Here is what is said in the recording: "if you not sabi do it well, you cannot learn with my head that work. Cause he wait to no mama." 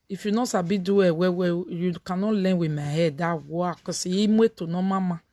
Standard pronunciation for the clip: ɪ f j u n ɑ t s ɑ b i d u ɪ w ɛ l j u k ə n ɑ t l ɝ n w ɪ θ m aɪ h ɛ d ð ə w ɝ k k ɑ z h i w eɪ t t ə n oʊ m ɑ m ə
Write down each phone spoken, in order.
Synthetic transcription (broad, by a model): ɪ f j u n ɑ s ɑ b i d u ɪ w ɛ w j u k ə n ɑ l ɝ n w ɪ m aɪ h ɛ d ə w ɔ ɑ k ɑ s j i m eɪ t t ə n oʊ m ɑ m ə